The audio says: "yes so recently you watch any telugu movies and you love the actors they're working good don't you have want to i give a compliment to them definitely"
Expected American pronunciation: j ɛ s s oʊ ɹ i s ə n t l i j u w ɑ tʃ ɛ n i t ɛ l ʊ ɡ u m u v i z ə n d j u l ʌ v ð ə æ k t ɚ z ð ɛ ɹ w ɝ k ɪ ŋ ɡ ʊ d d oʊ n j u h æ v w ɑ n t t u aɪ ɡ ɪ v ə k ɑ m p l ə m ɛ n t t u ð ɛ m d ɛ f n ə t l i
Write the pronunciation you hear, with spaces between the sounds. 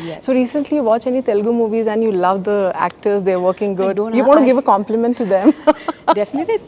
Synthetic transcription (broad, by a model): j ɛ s s oʊ ɹ i s ə n t l i j u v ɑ tʃ ɛ n i t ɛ l ɡ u m u v i z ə n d j u l ʌ v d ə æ k t ɚ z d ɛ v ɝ k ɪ ŋ ɡ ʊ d d j u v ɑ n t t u ɡ ɪ v ə k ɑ m p l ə m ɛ n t t u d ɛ m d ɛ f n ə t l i